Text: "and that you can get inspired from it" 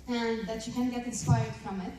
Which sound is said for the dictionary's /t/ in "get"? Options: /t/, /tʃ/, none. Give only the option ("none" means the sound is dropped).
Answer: /t/